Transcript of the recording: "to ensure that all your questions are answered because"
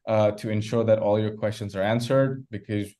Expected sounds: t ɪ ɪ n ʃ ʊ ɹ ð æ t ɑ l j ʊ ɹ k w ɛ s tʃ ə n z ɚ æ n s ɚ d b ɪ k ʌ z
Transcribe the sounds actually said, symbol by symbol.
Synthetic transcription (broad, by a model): t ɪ ɪ n ʃ ʊ ɹ ð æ t ɑ l j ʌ ɹ k w ɛ s tʃ ə n z ɚ æ n s ɚ d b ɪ k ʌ z